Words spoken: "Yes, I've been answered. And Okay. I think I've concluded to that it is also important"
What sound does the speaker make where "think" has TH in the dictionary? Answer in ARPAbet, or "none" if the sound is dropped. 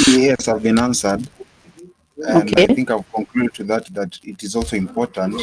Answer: TH